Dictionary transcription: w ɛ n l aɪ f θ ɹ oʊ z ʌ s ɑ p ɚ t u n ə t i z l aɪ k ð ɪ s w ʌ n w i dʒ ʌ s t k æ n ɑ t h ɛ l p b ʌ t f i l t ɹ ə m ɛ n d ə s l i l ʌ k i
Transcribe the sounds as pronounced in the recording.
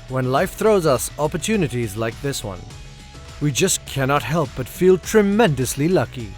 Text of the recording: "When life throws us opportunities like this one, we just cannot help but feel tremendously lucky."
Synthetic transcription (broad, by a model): w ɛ n l aɪ f θ ɹ oʊ z ʌ s ɑ p ɚ t u n ə t i z l aɪ k ð ɪ s w ʌ n w i dʒ ʌ s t k æ n ɑ t h ɛ l p b ʌ t f i l t ɹ ə m ɛ n d ə s l i l ʌ k i